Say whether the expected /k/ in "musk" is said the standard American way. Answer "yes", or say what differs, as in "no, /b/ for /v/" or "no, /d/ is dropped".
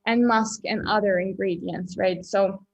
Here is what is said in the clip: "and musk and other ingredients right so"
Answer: yes